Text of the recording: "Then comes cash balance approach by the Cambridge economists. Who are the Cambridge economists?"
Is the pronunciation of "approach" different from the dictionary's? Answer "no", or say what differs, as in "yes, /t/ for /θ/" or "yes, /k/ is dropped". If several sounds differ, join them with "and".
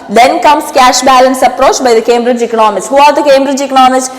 no